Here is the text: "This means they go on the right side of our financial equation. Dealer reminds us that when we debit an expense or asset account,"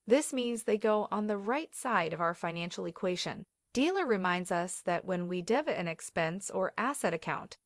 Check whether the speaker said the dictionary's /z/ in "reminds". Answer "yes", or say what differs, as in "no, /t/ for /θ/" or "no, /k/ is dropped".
yes